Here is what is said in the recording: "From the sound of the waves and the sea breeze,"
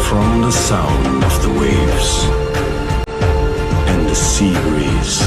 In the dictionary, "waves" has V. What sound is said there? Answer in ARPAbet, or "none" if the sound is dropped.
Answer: V